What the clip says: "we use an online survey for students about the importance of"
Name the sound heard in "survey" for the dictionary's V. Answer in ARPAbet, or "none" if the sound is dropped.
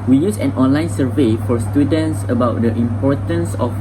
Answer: V